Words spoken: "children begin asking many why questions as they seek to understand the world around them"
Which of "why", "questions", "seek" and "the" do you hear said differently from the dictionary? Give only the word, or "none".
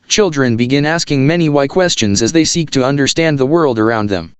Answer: none